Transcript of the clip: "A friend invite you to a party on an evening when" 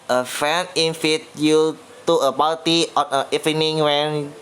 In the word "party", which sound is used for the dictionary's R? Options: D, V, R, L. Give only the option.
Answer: L